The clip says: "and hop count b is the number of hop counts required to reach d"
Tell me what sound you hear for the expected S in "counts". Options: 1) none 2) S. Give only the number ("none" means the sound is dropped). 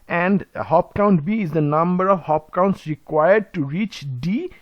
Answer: 2